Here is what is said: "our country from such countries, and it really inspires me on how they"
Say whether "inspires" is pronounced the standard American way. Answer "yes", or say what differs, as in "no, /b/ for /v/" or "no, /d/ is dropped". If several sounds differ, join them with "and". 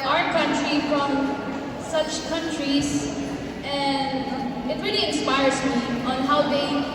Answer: yes